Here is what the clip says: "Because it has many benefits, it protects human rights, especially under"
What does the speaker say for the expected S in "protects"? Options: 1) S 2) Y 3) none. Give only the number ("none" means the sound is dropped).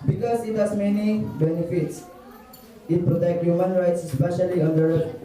3